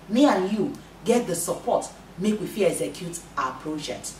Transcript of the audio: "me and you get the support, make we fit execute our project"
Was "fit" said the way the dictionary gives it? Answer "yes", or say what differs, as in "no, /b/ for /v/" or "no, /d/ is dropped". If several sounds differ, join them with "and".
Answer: no, /t/ is dropped